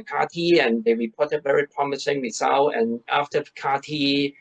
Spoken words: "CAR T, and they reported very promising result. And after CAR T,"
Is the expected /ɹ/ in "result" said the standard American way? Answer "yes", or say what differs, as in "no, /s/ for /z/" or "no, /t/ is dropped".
no, /w/ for /ɹ/